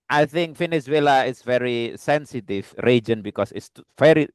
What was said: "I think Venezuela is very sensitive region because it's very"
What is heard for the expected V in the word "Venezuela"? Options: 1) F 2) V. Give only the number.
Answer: 1